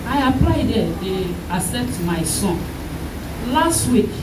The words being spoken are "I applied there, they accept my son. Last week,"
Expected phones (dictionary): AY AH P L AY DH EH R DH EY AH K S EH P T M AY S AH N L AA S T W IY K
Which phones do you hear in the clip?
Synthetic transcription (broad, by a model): AY AH P L AY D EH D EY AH S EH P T M AY S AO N L AA S T W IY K